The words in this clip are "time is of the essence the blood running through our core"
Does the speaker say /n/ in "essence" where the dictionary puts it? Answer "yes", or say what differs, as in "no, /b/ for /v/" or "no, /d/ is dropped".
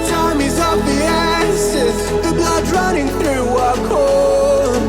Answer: no, /n/ is dropped